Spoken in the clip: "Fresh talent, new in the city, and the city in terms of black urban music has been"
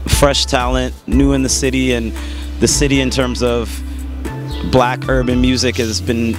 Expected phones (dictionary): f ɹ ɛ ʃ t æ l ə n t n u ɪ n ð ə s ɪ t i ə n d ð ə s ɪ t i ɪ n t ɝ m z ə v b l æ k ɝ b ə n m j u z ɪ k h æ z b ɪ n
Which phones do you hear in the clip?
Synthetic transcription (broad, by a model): f ɹ ɛ ʃ t æ l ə n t n u ɪ n ð ə s ɪ t i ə n ð ə s ɪ t i ɪ n t ɝ m z ə v b l æ k ɝ b ə n m j u z ɪ k h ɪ z b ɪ n